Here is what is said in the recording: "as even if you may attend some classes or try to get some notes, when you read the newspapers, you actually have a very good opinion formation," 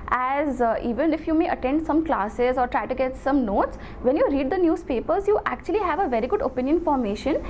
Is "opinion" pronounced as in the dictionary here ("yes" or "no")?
yes